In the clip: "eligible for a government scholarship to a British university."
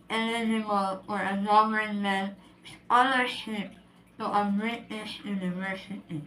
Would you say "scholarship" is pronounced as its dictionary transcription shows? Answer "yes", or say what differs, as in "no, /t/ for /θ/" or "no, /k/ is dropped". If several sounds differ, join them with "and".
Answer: no, /k/ is dropped